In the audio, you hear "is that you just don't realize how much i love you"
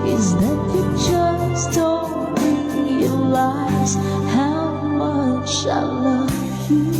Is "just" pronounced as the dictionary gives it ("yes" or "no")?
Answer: no